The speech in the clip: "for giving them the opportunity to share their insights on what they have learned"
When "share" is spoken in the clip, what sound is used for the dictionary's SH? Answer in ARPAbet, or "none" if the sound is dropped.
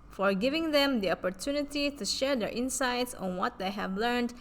SH